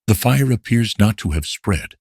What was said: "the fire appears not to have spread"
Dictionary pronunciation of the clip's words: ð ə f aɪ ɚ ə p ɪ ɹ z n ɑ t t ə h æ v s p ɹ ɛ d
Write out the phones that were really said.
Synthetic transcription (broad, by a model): ð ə f aɪ ɚ ə p ɪ ɹ z n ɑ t t ə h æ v s p ɹ ɛ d